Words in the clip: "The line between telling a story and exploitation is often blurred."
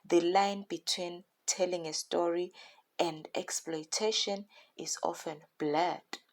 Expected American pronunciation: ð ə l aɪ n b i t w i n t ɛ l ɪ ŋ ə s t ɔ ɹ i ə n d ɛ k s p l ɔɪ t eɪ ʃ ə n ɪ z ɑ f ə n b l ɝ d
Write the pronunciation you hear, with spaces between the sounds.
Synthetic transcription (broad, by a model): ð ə l aɪ n b i t w i n t ɛ l ɪ ŋ ə s t ɔ ɹ i ə n d ɛ k s p l ɔɪ t eɪ ʃ ə n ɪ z ɑ f ə n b l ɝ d